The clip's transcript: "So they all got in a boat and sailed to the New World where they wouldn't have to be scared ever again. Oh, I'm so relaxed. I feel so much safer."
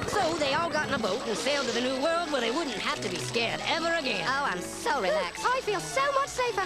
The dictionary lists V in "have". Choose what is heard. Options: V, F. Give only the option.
F